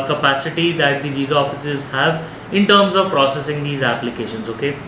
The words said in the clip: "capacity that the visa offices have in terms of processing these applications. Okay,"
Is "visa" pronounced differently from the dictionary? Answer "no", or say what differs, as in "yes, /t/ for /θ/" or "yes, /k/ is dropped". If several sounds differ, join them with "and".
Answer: no